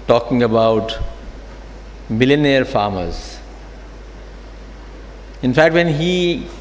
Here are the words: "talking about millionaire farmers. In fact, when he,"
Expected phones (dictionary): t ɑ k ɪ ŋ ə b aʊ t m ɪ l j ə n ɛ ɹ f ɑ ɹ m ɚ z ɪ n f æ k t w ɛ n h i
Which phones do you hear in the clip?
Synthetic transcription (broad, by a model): t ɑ k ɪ ŋ ə b aʊ t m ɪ l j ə n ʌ ɹ f ɑ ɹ m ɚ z ɪ n f æ k t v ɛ n h i